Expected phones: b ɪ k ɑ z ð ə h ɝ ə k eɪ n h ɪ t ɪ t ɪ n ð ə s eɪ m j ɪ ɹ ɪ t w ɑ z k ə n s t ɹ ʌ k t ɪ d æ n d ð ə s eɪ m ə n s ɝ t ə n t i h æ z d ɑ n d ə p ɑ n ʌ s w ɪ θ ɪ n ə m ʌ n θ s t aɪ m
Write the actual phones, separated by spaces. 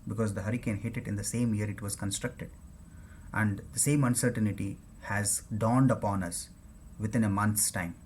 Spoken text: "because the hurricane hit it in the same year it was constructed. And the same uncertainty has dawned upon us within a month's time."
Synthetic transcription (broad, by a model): b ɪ k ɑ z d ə h ɝ ə k eɪ n h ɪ t ɪ t ɪ n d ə s eɪ m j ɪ ɹ ɪ t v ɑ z k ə n s t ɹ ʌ k t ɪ d æ n d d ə s eɪ m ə n s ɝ t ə n t i h æ z d ɑ n d ə p ɑ n ʌ s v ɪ t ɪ n ə m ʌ n t s t aɪ m